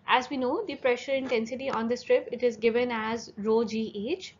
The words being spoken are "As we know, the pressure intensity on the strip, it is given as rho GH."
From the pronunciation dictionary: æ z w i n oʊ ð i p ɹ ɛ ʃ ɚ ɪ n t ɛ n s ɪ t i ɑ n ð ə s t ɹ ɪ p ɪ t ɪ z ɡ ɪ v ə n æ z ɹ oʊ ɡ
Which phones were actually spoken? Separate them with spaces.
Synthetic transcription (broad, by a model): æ z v i n oʊ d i p ɹ ɛ ʃ ɚ ɪ n t ɛ n s ɪ t i ɑ n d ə s t ɹ ɪ p ɪ t ɪ z ɡ ɪ v ə n æ z ɹ oʊ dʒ